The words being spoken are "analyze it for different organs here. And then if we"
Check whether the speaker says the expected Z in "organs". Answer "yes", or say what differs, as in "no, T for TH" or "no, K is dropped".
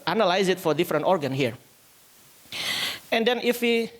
no, Z is dropped